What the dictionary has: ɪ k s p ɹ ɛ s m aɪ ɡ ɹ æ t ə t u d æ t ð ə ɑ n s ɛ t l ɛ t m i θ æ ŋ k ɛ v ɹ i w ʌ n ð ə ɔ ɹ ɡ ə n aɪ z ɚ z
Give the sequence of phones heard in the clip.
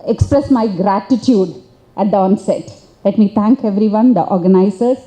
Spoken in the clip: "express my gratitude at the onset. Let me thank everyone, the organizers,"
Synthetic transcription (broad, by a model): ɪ k s p ɹ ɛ s m aɪ ɡ ɹ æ t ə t u d æ t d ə ɑ n s ɛ t l ɛ t m i t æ ŋ k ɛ v ɹ i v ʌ n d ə ɔ ɹ ɡ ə n aɪ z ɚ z